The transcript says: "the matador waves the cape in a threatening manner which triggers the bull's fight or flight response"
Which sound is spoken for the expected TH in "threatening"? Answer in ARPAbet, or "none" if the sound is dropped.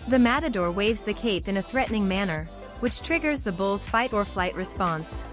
TH